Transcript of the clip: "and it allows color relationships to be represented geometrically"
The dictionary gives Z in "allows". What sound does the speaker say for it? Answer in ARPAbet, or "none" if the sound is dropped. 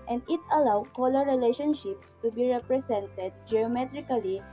none